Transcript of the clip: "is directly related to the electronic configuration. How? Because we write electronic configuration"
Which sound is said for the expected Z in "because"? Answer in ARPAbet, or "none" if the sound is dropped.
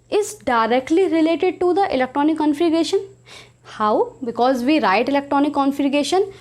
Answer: Z